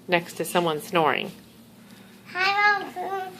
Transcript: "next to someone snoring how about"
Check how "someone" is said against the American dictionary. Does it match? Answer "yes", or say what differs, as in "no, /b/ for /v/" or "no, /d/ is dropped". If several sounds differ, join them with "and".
yes